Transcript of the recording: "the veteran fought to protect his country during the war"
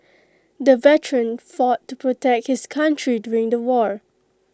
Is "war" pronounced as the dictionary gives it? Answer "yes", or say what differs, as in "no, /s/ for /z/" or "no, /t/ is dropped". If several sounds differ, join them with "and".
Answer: yes